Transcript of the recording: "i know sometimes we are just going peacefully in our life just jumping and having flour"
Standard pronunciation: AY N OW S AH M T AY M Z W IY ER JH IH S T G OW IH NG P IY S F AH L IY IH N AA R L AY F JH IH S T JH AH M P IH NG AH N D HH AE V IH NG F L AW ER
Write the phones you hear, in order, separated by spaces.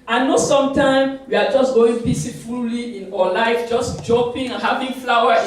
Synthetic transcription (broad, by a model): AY N OW S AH M T AY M W IY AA JH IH S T G OW IH NG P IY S F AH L IY IH N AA L AY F JH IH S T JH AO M P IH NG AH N HH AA V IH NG F L AW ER